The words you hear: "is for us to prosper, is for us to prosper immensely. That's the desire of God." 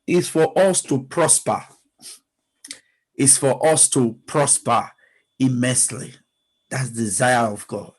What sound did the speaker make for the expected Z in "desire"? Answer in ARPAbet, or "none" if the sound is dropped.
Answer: Z